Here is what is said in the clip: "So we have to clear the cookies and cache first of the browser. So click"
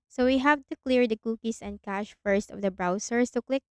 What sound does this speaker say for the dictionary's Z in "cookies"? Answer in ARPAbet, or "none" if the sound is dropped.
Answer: S